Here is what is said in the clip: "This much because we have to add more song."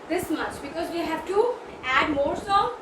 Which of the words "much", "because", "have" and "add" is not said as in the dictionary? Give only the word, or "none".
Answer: none